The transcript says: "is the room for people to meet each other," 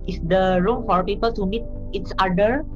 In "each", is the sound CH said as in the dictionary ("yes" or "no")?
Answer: no